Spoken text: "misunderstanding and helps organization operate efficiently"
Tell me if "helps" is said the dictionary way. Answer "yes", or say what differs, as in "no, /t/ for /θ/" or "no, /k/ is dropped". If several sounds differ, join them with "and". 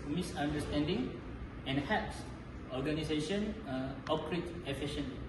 no, /l/ is dropped